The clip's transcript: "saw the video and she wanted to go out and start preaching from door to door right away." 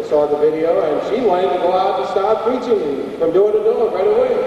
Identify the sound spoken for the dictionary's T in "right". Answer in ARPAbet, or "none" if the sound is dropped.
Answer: T